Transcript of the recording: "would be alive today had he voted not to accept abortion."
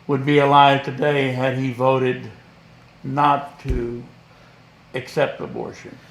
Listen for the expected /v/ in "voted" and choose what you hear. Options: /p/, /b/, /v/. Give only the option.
/v/